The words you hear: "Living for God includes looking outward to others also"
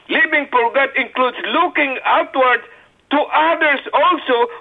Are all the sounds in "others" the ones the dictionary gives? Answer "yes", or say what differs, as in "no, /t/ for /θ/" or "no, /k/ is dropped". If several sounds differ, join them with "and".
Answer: no, /s/ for /z/